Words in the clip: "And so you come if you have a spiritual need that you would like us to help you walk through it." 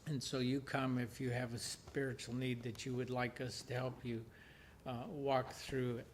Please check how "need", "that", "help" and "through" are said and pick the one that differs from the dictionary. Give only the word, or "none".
none